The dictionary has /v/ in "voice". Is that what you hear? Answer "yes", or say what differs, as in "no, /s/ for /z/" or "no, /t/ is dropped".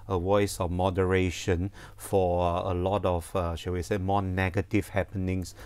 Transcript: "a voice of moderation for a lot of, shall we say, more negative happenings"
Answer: no, /w/ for /v/